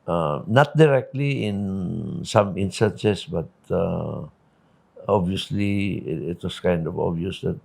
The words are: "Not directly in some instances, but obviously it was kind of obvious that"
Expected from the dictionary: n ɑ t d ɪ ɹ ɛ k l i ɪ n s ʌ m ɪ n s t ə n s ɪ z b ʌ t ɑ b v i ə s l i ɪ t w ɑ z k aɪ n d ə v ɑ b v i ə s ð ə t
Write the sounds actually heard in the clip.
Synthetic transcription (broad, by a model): n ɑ t d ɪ ɹ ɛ k l i ɪ n s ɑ m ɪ n s t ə n s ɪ s b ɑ t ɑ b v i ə s l i ɪ t w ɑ s k aɪ n d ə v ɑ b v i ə s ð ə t